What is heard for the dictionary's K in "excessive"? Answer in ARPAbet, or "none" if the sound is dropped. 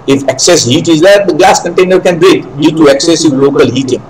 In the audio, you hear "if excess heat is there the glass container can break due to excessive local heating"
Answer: K